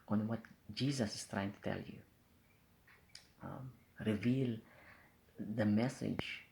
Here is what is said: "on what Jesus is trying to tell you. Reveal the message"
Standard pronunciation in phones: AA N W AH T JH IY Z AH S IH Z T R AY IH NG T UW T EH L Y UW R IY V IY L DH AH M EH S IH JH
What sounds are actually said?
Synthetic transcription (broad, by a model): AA N W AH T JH IY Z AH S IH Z T R AY IH NG T UW T EH L Y UW R IY V IY L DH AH M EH S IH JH